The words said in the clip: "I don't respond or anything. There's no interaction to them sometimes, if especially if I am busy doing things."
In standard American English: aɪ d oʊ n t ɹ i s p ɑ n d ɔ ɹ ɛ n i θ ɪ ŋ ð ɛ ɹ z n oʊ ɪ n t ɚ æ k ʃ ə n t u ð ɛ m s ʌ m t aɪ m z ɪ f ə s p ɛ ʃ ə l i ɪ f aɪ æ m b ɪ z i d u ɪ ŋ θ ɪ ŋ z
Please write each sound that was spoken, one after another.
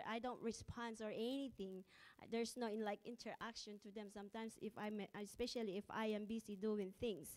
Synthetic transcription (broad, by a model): aɪ d oʊ n t ɹ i s p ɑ n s ɔ ɹ ɛ n i θ ɪ ŋ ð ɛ ɹ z n oʊ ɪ n t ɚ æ k ʃ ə n t u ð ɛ m s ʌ m t aɪ m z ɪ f ə s p ɛ ʃ ə l i ɪ f aɪ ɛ m b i s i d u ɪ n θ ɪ ŋ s